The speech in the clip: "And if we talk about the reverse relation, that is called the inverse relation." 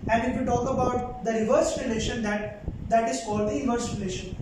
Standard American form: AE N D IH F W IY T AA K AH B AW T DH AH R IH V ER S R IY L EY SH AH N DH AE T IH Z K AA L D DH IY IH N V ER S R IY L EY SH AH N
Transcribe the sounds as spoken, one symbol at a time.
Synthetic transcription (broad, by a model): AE N D IH F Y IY T AA K AH B AW T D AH R IH V ER S R IY L EY SH AH N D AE T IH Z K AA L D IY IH V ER S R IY L EY SH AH N